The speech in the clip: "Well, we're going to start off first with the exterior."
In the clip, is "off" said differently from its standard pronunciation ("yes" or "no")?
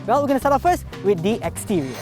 yes